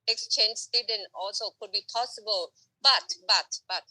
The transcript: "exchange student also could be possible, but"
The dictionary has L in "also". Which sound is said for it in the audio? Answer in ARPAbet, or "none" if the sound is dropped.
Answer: L